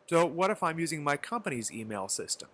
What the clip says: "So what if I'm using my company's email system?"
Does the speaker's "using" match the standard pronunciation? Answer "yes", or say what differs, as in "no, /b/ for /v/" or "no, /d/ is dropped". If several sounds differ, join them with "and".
yes